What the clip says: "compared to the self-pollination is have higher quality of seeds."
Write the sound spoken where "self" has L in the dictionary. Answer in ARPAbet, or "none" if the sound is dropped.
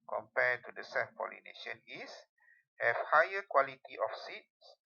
none